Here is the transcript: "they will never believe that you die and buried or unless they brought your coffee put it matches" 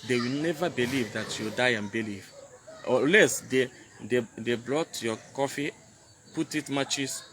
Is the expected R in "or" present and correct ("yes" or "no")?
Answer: no